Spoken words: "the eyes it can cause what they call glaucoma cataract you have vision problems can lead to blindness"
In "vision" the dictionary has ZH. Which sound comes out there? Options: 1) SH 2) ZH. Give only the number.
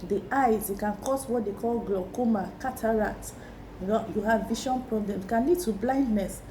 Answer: 1